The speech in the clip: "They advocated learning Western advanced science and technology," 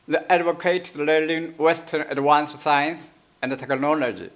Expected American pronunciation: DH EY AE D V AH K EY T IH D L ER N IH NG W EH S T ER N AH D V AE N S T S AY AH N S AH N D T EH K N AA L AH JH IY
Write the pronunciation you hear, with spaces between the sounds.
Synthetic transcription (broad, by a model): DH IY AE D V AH K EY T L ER L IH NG W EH S T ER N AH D W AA N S S AY AH N S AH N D T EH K N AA L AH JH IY